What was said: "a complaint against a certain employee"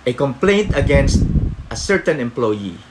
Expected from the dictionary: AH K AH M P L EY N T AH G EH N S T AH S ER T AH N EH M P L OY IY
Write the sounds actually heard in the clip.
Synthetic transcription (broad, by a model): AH K AH M P L EY N T AH G EH N S T AH S ER T AH N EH M P L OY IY